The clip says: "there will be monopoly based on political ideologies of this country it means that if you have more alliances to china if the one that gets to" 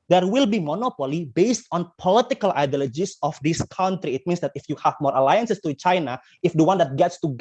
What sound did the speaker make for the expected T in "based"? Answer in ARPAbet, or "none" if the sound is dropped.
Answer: T